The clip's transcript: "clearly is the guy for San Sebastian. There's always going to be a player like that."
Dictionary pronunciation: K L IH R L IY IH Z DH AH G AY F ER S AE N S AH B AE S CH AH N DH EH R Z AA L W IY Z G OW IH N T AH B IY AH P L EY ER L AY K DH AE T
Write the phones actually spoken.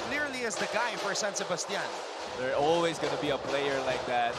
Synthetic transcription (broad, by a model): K L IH R L IY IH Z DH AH G AY F ER S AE N S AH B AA S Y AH N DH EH R AA L W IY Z G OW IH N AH B IY AH P L EY ER L AY K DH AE T